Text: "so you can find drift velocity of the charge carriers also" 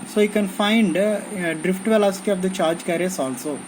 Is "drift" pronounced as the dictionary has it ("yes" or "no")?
yes